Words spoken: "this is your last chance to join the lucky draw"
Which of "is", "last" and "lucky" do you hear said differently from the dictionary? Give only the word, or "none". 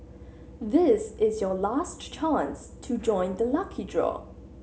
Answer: none